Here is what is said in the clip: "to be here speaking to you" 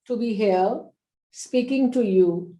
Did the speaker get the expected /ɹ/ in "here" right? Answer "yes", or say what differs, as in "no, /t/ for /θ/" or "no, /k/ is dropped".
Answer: no, /l/ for /ɹ/